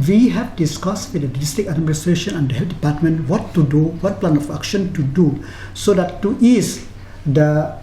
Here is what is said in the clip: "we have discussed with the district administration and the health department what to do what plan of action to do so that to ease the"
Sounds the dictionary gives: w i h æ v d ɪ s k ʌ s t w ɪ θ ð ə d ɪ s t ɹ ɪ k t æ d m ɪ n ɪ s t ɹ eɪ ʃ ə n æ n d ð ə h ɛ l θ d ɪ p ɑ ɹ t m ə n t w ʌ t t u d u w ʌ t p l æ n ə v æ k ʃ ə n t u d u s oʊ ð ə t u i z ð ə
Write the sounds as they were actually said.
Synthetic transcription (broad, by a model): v i h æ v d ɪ s k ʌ s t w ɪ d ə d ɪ s t ɹ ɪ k æ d m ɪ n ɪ s t ɹ eɪ ʃ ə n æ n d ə h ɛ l t d ɪ p ɑ ɹ t m ə n t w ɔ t t u d u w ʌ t p l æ n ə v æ k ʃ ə n t u d u s oʊ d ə t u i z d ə